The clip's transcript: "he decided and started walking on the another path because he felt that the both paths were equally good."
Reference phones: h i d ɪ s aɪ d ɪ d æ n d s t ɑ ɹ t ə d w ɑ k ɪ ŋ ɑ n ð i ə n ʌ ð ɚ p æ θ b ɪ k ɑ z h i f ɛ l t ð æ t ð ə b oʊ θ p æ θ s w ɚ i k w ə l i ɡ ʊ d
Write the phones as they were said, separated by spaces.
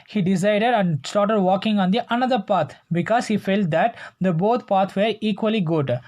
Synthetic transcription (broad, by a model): h i d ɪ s aɪ d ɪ d æ n d s t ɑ t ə d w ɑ k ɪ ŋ ɑ n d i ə n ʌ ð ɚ p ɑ t b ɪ k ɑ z h i f ɛ l t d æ t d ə b oʊ t p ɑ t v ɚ i k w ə l i ɡ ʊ d